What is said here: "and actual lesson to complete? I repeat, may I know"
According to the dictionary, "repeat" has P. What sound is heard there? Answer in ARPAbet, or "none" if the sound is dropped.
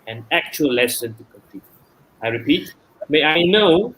P